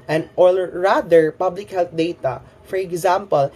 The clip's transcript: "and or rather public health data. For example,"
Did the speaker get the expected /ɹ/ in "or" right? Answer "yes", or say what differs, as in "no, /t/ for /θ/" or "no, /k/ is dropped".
no, /l/ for /ɹ/